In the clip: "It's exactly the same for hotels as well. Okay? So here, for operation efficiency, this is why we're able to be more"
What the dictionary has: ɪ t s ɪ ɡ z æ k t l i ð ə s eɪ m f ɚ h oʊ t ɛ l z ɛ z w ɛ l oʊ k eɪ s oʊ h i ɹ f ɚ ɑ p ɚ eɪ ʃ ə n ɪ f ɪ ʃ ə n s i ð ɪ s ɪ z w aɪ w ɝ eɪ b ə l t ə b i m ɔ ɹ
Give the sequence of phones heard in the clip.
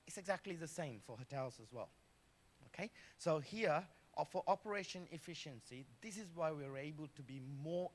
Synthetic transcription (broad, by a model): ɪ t s ɪ ɡ z æ k t l i ð ə s eɪ m f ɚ h oʊ t ɛ l z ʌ z w ɛ l oʊ k eɪ s oʊ h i ɹ f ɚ ɑ p ɚ eɪ ʃ ə n ɪ f ɪ ʃ ə n s i ð ɪ s ɪ z w aɪ w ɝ eɪ b ə l t ə b i m ɔ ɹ